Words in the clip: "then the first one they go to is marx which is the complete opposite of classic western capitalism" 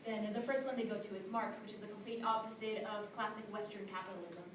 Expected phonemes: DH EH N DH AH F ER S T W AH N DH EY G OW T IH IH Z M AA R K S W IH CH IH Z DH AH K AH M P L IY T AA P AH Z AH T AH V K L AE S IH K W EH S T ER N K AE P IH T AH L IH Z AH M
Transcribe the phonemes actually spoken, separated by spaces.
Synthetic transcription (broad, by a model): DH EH N DH AH F ER S T W AH N DH EY G OW T IH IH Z M AA R K S W IH CH IH Z DH AH K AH M P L IY T AA P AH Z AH T AH V K L AE S IH K W EH S T ER N K AE P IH T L IH Z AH M